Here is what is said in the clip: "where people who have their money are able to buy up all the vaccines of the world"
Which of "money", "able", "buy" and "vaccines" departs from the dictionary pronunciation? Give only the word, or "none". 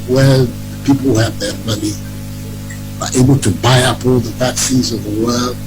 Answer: vaccines